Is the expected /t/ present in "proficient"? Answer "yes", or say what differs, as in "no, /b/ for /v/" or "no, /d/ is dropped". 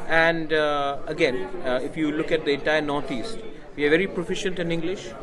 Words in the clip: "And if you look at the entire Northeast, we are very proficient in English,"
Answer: yes